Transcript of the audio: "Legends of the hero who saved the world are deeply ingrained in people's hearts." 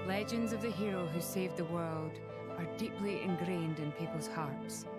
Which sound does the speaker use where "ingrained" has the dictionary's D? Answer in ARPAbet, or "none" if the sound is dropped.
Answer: D